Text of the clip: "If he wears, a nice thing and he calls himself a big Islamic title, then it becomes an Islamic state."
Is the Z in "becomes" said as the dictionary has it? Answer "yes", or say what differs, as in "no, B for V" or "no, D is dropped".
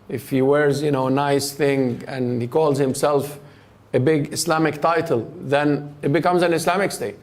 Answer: yes